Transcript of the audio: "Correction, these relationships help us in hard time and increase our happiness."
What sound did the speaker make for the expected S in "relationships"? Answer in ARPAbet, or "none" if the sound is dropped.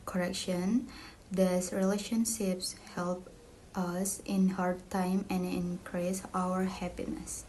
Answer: S